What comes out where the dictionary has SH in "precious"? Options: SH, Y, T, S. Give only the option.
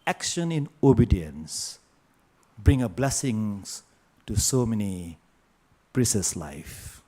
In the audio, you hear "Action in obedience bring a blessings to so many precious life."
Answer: S